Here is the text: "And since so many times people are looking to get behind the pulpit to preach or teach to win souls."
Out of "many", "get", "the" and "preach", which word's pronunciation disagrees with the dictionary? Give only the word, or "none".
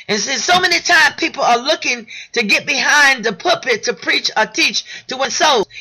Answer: none